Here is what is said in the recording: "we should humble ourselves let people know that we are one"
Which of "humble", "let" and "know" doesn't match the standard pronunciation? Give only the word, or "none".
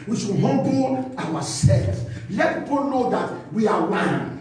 humble